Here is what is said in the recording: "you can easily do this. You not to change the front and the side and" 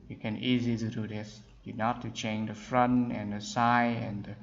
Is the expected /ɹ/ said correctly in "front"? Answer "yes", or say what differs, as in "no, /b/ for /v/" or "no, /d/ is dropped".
yes